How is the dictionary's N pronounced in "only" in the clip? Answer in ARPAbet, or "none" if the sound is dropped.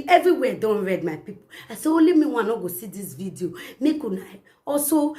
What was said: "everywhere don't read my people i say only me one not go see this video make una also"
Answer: none